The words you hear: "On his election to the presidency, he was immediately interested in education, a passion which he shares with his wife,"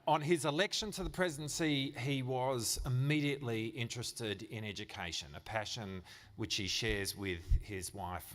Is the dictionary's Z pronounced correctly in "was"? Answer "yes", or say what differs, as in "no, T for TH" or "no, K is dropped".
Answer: yes